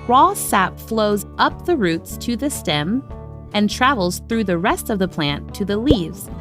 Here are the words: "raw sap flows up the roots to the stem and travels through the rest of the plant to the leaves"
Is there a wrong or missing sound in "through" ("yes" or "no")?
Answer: no